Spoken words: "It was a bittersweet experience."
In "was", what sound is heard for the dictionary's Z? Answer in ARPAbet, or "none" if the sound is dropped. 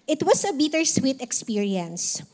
S